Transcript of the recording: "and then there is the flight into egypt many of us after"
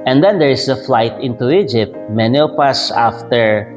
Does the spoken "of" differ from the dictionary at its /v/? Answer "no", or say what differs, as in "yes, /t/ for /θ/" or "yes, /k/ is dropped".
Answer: yes, /p/ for /v/